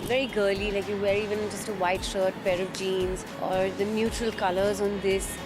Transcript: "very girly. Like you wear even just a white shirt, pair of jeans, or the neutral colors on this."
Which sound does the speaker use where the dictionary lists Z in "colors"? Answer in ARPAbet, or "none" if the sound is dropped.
Z